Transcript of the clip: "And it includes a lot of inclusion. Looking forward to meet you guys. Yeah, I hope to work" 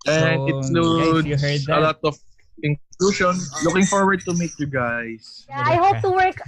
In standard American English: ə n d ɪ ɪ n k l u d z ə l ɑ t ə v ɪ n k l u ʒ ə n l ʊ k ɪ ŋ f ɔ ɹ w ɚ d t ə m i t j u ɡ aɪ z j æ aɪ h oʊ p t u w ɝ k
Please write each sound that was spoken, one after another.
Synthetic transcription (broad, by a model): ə n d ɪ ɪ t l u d ə l ɑ t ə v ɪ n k l u ʃ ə n l ʊ k ɪ ŋ f ɔ ɹ w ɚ d t ə m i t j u ɡ aɪ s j aɪ h oʊ p t u w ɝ k